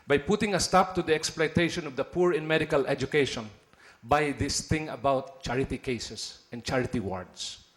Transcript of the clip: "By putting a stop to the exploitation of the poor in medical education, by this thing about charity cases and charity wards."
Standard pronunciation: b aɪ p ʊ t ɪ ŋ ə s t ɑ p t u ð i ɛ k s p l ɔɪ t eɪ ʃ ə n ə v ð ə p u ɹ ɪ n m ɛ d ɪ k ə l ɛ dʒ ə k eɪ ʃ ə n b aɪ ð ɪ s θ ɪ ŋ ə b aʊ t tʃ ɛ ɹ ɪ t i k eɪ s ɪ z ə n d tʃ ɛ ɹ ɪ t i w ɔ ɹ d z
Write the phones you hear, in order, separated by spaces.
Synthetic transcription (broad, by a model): b aɪ p ʊ t ɪ ŋ ə s t ɑ p t u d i ɛ k s p l ɔɪ t eɪ ʃ ə n ə v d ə p u ɹ ɪ n m ɛ d ɪ k ə l ɛ dʒ ə k eɪ ʃ ə n b aɪ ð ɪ s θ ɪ ŋ ə b aʊ t tʃ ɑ ɹ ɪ t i k eɪ s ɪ s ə n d tʃ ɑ ɹ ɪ t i w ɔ ɹ d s